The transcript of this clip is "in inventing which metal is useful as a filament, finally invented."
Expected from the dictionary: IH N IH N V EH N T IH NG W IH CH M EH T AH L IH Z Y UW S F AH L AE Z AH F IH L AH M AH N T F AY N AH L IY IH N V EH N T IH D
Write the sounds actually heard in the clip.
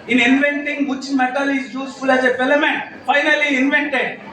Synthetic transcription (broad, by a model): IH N IH N V EH N T IH NG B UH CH M EH T AH L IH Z Y UW S F AH L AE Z AH P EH L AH M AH N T F AY N AH L IY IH N V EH N T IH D